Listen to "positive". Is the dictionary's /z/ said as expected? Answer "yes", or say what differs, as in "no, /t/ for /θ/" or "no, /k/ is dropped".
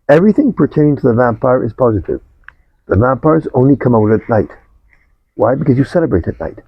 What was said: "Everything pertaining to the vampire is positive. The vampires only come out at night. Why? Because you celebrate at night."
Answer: yes